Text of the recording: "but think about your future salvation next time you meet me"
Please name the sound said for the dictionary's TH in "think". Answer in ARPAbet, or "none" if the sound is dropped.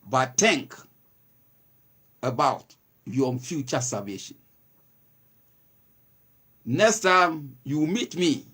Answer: T